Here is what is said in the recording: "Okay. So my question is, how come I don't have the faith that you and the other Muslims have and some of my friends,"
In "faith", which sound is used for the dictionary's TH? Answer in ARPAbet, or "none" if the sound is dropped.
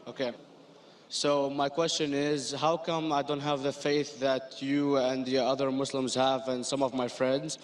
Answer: TH